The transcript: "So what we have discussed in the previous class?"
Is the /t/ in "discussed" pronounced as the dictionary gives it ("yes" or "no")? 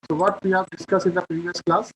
no